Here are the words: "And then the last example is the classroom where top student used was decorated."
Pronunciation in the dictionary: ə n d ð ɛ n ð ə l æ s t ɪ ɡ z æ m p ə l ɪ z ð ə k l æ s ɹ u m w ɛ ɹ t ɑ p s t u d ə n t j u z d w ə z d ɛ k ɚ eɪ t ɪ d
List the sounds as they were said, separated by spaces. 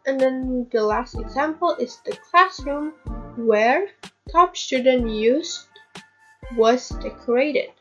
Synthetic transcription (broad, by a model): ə n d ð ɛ n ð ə l æ s t ɪ ɡ z æ m p ə l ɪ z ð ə k l æ s ɹ u m w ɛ ɹ t ɑ p s t u d ə n t j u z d w ə z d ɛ k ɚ eɪ t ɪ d